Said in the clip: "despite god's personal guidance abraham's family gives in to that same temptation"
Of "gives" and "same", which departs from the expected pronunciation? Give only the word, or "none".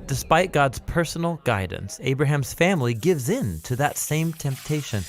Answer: none